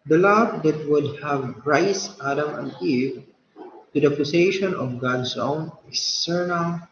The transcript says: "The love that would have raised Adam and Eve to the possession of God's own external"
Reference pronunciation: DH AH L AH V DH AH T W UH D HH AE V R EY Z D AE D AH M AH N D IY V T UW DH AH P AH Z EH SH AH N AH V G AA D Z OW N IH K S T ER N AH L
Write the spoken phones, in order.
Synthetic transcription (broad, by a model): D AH L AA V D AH T W UH D HH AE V R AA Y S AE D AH M AH N D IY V T UW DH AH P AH S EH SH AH N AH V G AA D S OW N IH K S T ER N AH L